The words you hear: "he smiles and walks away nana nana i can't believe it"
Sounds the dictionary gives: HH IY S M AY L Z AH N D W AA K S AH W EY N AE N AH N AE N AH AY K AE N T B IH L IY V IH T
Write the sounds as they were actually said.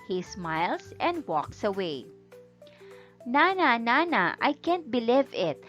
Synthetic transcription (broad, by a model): HH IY S M AY L S AH N D W AA K S AH W EY N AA N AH N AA N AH AY K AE N T B IH L IY V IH T